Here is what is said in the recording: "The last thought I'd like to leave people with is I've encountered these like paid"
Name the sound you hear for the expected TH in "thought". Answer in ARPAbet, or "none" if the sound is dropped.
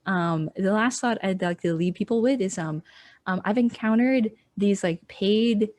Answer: TH